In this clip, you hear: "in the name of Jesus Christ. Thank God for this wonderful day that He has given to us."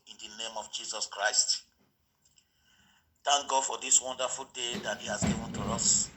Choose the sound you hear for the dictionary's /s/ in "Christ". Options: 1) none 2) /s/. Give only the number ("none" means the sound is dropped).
2